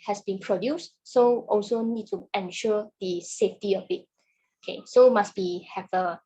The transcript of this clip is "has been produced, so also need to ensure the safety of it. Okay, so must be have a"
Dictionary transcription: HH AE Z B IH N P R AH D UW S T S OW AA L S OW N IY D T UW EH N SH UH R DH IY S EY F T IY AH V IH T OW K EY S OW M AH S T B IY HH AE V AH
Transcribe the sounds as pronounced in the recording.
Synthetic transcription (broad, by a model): HH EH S B IH N P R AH D UW S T S OW AA L S OW N IY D T UW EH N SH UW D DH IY S EY F T IY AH B IH T OW K EY S OW M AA S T B IY HH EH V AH